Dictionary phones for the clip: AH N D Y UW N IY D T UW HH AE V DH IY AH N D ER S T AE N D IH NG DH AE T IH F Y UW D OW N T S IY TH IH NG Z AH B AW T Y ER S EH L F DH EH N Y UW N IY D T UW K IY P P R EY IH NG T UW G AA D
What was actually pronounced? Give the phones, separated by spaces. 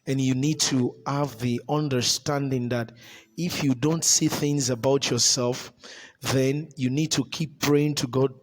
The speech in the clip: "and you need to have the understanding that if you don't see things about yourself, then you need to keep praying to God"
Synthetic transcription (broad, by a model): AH N Y UW N IY D T UW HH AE V DH IY AH N D ER S T AE N D IH NG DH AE T IH F Y UW D OW N T S IY TH IH NG Z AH B AW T Y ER S EH L F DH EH N Y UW N IY D T UW K IY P P R EY IH NG T UW G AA D